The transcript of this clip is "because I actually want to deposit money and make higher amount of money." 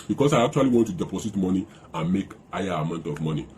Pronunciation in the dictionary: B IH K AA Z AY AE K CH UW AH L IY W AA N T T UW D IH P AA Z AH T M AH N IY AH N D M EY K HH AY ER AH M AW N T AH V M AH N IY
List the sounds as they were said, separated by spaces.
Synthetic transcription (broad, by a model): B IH K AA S AY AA K CH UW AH L IY W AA N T T UW D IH P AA S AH T M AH N IY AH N M EY K HH AY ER AH M AW N T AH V M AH N IY